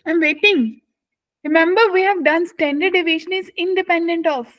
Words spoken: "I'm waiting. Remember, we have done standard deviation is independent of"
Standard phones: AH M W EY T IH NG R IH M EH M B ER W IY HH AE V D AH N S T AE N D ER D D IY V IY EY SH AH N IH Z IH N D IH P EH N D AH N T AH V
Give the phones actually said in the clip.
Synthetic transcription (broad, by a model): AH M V EY T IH NG R IH M EH M B ER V IY HH AE V D AH N S T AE N D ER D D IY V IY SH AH N IH Z IH N D IH P EH N D AH N T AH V